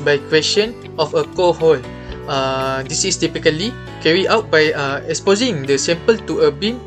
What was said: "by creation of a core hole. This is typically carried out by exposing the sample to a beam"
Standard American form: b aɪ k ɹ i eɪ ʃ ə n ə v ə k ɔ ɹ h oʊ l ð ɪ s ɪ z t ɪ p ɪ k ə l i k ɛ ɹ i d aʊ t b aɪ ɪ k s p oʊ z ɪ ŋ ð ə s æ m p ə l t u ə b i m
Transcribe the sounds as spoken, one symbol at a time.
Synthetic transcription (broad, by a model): b aɪ k w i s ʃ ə n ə f ə k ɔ h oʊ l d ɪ s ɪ s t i p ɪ k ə l i k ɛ ɹ i aʊ t b aɪ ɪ k s p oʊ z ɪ ŋ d ə s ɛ m p ə l t u ə b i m